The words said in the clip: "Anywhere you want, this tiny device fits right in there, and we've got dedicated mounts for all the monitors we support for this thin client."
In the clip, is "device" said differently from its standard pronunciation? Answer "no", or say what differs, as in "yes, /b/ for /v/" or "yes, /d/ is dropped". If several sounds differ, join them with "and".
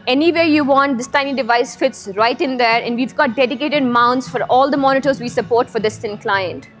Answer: no